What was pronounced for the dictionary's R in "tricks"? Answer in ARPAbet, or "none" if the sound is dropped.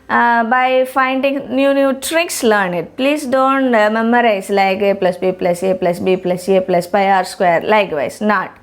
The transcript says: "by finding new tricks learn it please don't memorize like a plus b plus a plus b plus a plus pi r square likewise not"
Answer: R